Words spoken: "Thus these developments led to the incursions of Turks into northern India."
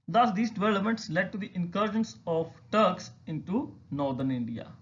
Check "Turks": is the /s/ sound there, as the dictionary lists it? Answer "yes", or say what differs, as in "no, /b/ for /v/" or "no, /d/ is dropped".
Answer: yes